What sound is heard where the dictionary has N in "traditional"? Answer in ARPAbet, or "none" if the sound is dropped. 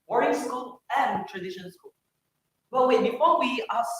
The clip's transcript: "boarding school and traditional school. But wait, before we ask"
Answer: none